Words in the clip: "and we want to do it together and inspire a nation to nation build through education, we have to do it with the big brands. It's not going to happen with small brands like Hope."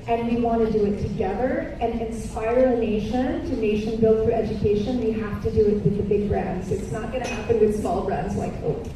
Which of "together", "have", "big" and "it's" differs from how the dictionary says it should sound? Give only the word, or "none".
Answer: have